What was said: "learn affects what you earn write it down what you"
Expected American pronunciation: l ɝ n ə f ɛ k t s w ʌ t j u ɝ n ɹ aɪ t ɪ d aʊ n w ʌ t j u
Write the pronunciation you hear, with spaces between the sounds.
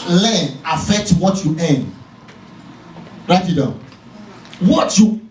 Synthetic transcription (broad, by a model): l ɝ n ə f ɛ k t w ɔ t j u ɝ n ɹ aɪ t ɪ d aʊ w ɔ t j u